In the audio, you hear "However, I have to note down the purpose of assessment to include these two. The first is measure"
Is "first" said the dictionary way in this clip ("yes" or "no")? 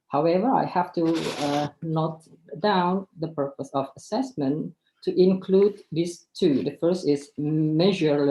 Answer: yes